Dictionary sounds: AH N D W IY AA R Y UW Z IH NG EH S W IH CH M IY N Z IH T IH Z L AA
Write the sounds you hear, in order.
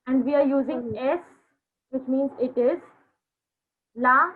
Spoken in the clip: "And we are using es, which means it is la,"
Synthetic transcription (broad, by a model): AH N D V IY AA R Y UW Z IH NG EH S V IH CH M IY N Z IH T IH Z L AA